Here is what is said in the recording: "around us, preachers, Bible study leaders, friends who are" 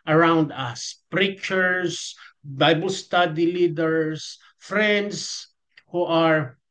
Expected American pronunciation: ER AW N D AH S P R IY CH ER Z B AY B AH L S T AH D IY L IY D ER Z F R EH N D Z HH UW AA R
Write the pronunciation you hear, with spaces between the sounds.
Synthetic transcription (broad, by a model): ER AW N D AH S P R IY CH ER S B AY B AH L S T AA D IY L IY D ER S F R EH N D S HH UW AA R